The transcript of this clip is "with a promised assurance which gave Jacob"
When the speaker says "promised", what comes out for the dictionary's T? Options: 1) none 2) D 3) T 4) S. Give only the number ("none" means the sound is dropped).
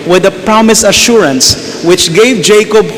1